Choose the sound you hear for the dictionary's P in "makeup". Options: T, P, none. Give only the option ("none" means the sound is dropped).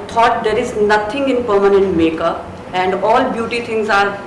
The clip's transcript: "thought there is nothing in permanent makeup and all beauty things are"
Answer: none